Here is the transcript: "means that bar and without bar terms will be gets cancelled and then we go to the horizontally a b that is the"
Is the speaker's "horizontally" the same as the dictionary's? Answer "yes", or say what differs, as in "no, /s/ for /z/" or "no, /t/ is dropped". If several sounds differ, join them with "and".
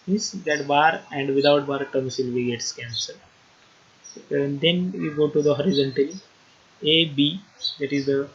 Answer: yes